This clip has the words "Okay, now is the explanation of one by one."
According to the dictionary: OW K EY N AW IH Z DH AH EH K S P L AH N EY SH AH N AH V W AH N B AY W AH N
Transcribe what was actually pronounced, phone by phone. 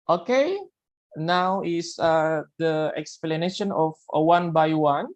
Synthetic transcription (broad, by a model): OW K EY N AW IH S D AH EH K S P L AH N EY SH AH N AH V W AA N B AY W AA N